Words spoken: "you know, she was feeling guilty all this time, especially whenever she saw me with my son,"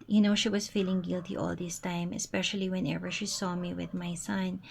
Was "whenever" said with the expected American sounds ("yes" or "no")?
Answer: yes